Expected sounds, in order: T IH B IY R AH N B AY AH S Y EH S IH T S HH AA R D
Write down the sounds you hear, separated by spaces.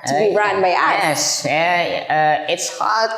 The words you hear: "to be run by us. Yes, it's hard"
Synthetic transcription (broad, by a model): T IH B IY R AH N B AY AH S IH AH IH T S HH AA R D